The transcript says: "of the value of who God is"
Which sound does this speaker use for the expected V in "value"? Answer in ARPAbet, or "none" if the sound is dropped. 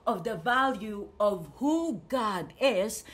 V